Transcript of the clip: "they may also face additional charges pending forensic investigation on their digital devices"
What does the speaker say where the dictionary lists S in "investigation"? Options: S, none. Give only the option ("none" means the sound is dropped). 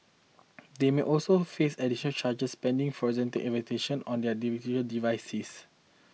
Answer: none